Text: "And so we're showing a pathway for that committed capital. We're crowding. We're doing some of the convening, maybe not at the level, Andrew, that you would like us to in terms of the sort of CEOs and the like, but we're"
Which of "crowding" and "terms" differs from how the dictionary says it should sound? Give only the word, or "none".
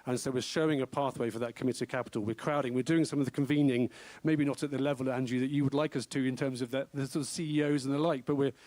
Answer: none